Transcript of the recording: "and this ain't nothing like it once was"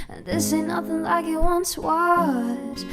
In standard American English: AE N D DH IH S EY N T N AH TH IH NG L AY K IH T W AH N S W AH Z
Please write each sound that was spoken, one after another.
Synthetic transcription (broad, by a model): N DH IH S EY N N AH TH IH NG L AY K IH T W AH N S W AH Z